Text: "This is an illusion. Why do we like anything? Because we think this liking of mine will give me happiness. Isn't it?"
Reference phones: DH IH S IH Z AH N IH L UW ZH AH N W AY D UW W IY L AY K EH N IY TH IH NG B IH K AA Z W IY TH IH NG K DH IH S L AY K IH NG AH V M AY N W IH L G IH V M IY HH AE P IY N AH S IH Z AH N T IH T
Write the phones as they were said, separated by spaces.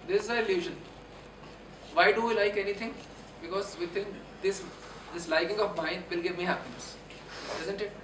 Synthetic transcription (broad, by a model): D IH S IH Z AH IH L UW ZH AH N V AY D UW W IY L AY K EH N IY T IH NG B IH K AA Z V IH T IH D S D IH S L AY K IH NG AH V M AY N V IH L G IH V M IY HH AE P IY N AH S IH Z AH N T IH T